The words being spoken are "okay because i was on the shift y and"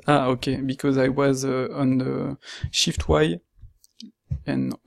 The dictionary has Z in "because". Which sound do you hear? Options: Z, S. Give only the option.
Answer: Z